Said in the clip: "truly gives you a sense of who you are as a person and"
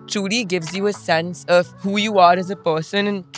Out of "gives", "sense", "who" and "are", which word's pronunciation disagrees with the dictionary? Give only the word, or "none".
none